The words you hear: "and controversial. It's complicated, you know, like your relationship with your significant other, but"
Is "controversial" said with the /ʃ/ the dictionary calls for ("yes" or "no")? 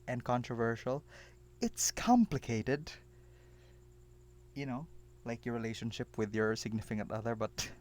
yes